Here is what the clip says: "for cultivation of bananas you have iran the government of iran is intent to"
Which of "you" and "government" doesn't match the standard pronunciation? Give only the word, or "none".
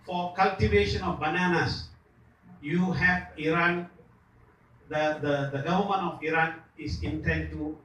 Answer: government